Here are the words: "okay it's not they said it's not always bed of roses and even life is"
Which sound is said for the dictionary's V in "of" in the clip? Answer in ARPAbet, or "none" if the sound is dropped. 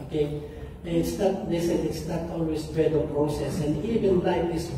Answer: P